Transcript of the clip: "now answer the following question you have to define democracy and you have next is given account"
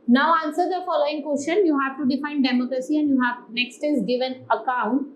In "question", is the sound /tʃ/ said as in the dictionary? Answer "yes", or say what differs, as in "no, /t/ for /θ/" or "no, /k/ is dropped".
no, /ʃ/ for /tʃ/